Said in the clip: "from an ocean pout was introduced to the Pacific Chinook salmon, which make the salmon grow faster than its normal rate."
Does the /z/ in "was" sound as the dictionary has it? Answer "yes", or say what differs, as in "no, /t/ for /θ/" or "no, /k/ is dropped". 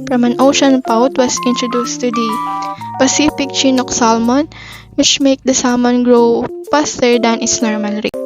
no, /s/ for /z/